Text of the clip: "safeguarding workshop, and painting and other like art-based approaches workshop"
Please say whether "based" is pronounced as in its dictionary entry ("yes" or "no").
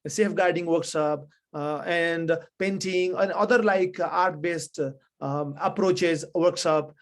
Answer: yes